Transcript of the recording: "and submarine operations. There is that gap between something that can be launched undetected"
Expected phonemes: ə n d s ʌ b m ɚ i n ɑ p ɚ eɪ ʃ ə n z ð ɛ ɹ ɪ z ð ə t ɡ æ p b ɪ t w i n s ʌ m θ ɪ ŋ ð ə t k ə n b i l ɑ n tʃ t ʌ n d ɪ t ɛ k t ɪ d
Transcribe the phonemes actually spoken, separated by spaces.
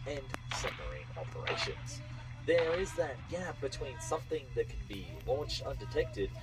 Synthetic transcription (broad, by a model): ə n s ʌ m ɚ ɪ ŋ ɑ p ɚ eɪ ʃ ə n z ð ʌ ɹ ɪ z ð ə t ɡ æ b ɪ t w i n s ʌ m θ ɪ ŋ ð ə t k n b i l ɑ n tʃ t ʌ n d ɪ t ɛ k t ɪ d